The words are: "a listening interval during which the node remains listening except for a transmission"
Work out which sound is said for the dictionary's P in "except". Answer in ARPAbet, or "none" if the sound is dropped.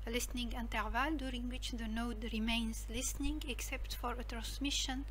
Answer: P